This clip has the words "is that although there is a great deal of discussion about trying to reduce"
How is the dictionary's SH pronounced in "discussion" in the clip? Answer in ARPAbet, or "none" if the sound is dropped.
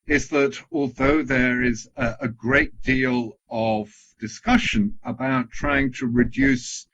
SH